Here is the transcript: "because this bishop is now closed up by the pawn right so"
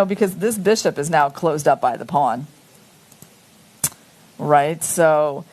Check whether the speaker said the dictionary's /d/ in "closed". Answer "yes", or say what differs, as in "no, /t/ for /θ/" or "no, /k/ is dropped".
yes